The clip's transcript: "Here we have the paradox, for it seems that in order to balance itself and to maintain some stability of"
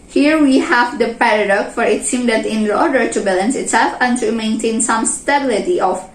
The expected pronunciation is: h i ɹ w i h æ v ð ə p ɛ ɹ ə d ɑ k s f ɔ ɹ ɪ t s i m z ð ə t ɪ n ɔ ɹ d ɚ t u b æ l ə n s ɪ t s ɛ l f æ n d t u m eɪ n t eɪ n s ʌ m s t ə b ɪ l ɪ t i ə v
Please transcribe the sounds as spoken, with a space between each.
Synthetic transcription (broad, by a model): h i ɹ w i h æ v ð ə p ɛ ɹ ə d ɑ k f ɔ ɹ ɪ t s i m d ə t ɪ n ɔ ɹ d ɚ t u b æ l ə n s ɪ t s ɛ l f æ n t u m eɪ n t eɪ n s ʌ m s t ə b ɪ l ɪ t i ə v